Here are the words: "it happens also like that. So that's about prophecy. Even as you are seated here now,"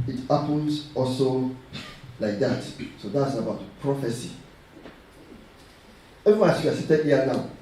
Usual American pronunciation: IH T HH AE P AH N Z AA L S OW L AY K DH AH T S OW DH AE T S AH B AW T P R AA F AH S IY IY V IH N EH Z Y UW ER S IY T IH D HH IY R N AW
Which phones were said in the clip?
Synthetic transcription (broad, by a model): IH T HH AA P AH N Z AA L S OW L AY K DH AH T S OW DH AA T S AH B AW T P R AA F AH S IY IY W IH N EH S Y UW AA S IY T IH D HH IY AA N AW